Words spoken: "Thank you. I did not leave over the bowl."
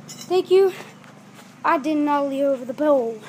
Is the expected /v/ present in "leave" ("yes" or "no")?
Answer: no